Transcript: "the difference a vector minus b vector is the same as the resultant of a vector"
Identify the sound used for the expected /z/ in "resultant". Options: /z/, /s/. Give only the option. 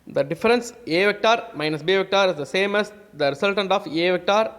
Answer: /s/